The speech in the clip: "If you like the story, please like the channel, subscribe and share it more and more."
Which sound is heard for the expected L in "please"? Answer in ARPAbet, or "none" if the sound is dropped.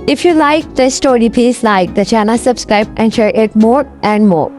none